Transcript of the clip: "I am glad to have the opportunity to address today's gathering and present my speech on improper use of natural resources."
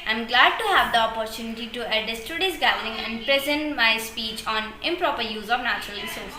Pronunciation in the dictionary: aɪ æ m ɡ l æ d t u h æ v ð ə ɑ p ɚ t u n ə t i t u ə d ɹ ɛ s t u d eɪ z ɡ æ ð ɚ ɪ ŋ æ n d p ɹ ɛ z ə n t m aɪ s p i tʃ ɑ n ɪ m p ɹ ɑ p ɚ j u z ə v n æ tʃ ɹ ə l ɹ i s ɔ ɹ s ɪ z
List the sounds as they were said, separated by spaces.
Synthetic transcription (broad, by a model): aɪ m ɡ l æ d t u h æ v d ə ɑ p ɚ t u n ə t i t u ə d ɪ s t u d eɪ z ɡ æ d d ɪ ŋ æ n d p ɹ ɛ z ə n t m aɪ s p i tʃ ɑ n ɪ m p ɹ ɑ p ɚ j u z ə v n æ tʃ ɹ ə l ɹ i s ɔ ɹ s